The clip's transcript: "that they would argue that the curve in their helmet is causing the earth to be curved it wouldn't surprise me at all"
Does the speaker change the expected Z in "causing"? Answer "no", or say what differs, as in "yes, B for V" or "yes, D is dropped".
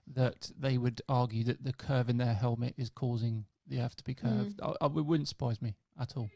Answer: no